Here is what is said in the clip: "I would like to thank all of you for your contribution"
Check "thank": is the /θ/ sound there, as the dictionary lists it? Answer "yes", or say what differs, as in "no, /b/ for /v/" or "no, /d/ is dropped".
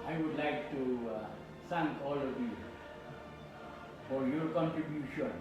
no, /s/ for /θ/